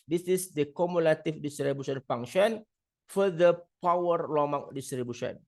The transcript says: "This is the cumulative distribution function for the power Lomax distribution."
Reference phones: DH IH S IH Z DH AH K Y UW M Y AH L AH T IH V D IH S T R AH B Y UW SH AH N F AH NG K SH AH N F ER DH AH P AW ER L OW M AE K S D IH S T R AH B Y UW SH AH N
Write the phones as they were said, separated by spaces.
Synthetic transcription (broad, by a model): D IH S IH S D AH K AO M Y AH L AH T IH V D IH S T R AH B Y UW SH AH N F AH NG SH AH N F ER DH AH P AW ER L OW M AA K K D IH S T R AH B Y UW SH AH N